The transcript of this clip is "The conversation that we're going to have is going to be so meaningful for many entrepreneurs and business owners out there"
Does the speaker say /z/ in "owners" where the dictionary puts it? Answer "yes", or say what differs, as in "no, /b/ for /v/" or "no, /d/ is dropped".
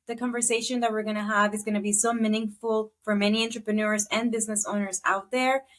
yes